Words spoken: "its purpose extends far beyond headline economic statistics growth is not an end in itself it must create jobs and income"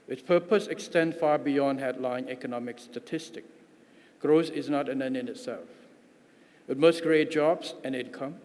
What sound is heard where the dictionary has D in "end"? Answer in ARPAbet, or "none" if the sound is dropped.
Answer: none